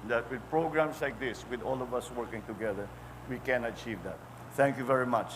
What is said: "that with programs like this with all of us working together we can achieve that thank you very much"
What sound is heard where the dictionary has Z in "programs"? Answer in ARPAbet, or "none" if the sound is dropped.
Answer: S